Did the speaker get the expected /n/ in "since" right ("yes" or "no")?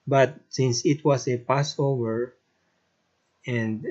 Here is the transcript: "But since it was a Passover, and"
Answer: yes